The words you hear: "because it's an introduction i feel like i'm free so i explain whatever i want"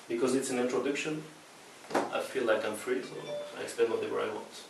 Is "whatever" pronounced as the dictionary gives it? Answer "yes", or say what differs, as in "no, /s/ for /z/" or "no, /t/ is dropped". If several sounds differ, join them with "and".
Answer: no, /w/ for /v/